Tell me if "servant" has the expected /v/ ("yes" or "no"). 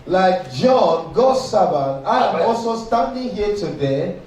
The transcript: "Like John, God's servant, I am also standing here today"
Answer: no